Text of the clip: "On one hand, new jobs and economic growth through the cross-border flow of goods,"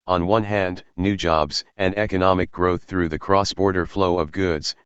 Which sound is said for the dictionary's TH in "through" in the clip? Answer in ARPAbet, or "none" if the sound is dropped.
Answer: TH